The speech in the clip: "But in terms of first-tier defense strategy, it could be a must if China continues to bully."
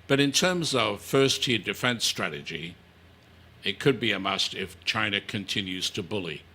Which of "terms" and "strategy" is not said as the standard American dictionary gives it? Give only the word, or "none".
none